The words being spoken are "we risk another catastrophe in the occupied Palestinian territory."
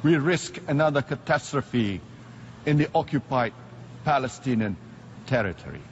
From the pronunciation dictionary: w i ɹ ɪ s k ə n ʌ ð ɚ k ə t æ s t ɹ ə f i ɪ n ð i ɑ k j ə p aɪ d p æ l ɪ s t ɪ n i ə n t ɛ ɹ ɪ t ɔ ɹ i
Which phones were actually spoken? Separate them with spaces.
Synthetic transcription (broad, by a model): w i ɹ ɪ s k ə n ʌ ð ɚ k ə t æ s t ɹ ə f i ɪ n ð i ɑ k j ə p aɪ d p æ l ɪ s t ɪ n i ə n t ɛ ɹ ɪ t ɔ ɹ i